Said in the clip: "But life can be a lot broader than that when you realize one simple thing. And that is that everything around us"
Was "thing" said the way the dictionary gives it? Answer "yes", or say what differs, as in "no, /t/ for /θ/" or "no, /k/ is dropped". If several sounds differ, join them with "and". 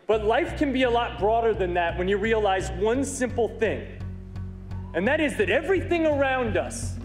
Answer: yes